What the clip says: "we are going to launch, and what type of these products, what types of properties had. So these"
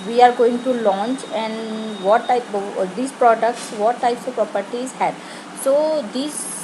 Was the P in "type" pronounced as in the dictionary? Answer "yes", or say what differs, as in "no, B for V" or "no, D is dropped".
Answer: no, P is dropped